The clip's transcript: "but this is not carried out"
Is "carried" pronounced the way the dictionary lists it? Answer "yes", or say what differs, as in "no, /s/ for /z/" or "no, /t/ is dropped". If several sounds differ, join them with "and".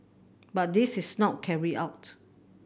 no, /d/ is dropped